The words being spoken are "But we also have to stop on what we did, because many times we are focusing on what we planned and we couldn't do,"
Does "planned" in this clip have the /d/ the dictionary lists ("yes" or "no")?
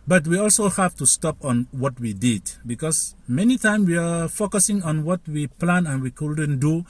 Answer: no